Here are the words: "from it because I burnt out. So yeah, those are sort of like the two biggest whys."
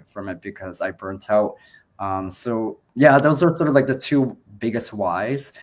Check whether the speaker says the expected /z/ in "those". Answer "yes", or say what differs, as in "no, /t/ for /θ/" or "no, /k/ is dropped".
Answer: yes